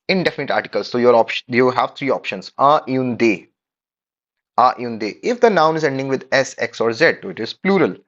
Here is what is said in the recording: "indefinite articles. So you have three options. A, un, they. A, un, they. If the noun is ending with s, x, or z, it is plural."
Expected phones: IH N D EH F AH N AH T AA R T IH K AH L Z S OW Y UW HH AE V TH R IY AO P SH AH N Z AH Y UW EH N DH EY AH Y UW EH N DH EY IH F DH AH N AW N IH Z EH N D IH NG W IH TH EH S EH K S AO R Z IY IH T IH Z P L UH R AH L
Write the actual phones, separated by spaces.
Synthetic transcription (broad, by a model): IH N D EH F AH N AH T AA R T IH K AH L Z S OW Y UW HH AE V T R IY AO P SH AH N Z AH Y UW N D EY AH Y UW N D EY IH F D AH N AW N IH Z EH N D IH NG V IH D EH S EH K S AO R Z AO IH T IH Z P L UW R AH L